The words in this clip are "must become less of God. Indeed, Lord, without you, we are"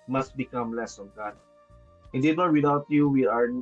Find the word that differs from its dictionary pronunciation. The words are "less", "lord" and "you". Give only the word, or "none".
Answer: lord